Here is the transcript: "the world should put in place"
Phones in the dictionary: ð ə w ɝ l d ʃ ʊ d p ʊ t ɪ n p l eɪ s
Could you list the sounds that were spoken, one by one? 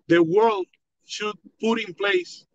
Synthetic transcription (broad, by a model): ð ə w ɝ l d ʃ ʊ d p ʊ t ɪ n p l eɪ s